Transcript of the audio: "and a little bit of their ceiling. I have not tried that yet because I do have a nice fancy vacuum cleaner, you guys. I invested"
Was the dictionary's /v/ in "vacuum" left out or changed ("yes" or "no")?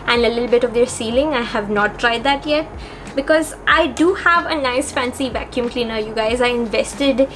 no